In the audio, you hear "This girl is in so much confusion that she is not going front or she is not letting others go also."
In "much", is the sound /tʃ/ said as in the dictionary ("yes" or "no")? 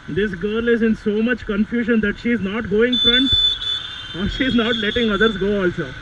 yes